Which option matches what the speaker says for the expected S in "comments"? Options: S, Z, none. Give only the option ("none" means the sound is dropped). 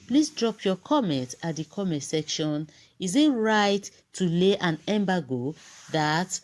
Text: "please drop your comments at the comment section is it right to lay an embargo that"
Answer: none